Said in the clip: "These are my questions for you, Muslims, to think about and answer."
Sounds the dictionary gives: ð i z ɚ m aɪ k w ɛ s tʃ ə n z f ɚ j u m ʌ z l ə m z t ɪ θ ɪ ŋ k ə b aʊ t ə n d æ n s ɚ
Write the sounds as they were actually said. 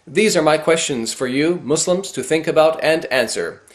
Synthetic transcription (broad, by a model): ð i z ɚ m aɪ k w ɛ s tʃ ə n z f ɚ j u m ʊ s l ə m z t ɪ θ ɪ ŋ k ə b aʊ t ə n d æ n s ɚ